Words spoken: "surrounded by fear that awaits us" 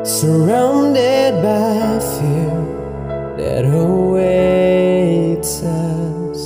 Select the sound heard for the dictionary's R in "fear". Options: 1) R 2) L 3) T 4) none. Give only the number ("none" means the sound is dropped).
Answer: 2